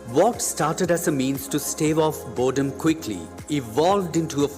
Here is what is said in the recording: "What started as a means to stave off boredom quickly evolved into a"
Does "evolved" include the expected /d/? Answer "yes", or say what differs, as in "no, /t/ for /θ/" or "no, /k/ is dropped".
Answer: yes